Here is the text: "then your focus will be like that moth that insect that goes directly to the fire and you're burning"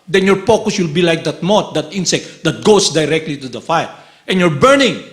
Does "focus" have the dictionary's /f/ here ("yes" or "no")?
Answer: no